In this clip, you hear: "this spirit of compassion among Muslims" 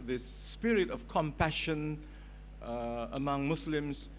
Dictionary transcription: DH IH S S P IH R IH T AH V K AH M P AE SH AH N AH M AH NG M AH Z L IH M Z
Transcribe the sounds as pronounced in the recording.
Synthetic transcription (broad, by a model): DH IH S S P IH R IH T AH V K AH M P AE SH AH N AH M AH NG M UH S L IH M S